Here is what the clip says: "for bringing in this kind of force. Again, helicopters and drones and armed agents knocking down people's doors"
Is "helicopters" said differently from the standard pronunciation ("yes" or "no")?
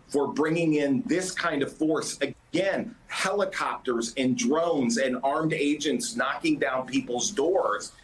no